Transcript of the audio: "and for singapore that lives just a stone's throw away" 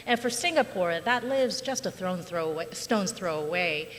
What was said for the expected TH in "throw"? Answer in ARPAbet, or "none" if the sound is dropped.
TH